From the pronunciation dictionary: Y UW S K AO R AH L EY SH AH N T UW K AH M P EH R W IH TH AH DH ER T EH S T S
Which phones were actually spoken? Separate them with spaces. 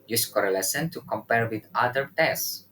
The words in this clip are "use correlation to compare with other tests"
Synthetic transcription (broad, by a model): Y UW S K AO R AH L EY S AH N T UW K AH M P EH R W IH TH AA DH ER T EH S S